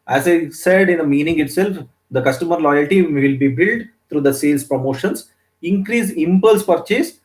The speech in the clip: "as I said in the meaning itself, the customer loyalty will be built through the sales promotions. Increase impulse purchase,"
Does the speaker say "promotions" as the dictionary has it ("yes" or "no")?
no